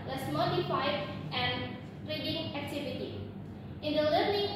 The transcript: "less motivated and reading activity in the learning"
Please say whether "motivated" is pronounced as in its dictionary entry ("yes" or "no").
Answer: no